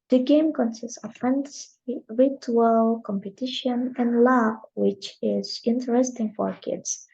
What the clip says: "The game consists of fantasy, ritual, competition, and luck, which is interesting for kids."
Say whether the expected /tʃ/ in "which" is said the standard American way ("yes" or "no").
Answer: yes